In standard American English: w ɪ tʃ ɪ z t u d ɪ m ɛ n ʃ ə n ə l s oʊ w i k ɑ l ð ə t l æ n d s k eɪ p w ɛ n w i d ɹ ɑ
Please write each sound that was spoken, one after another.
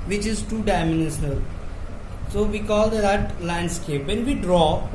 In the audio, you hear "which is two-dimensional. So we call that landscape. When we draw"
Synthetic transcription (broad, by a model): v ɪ tʃ ɪ z t u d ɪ m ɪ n ə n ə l s oʊ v i k ɑ l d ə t l æ n d s k eɪ p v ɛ n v i d ɹ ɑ